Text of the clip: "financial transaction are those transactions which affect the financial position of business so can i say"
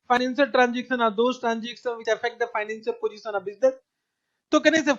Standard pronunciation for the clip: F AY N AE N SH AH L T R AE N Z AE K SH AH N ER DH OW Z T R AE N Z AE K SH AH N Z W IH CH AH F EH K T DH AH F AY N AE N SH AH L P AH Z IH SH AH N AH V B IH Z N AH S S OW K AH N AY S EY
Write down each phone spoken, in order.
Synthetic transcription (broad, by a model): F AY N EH N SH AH L T R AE N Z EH K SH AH N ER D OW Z T R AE N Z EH K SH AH N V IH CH AH F EH K T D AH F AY N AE N S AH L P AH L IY S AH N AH B IH Z N AH S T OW K AH N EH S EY